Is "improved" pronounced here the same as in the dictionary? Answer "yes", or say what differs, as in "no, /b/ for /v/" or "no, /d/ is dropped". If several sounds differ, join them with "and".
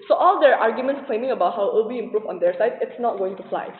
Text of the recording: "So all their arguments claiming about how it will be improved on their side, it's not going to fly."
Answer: no, /d/ is dropped